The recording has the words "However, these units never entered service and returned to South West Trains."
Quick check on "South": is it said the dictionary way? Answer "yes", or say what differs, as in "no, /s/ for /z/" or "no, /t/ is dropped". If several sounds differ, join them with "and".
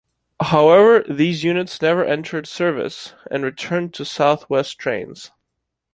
yes